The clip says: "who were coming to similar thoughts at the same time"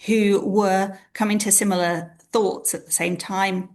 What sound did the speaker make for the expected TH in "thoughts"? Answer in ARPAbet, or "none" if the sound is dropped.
TH